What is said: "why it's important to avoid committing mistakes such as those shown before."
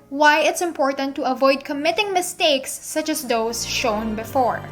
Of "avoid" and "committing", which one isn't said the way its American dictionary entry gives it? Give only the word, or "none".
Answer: none